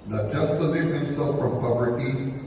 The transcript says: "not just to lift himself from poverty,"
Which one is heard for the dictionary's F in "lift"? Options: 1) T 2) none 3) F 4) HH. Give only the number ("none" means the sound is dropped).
2